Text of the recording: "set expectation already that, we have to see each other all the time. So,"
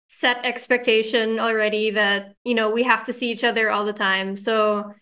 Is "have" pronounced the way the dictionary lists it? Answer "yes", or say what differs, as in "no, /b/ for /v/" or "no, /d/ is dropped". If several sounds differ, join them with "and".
no, /f/ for /v/